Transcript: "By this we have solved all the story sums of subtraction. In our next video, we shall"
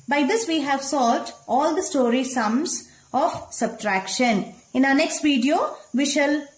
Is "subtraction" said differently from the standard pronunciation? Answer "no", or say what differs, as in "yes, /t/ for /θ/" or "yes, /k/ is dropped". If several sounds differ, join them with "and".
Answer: no